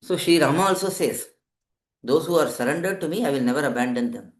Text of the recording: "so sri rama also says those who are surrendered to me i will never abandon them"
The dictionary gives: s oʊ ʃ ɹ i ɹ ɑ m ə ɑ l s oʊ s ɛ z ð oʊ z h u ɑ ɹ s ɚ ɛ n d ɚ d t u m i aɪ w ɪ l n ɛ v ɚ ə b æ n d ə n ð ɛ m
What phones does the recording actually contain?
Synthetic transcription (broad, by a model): s oʊ ʃ i ɹ ɑ m ə ɑ l s oʊ s ɛ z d oʊ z h u ɑ ɹ s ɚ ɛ n d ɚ d t u m i aɪ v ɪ l n ɛ v ɚ ə b æ n d ə n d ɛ m